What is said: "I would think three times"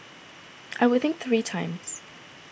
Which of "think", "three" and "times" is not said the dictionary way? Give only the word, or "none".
none